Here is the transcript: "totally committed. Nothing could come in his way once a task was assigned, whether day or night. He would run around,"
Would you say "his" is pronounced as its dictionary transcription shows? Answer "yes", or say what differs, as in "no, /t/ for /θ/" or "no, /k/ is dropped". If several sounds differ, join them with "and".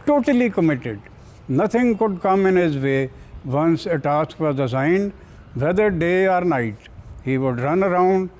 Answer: yes